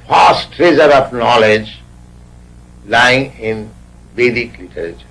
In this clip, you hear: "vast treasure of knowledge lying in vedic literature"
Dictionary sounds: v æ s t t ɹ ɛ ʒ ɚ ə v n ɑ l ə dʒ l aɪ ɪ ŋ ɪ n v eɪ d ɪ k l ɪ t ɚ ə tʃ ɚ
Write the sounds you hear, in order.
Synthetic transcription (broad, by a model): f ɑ s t t ɹ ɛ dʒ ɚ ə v n ɑ l ə dʒ l aɪ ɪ ŋ ɪ n b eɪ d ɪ k l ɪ t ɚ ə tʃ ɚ